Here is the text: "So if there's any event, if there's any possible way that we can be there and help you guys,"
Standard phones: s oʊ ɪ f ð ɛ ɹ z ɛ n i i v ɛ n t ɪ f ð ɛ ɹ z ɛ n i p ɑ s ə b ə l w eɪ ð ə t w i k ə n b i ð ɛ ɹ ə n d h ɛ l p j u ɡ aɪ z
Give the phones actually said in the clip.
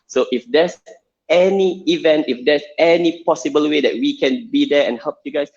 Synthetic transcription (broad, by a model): s oʊ ɪ f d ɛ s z ɛ n i i v ɛ n t ɪ f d ɛ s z ɛ n i p ɑ s ə b ə l w eɪ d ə t w i k ə n b i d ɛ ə n h ɛ l p j u ɡ aɪ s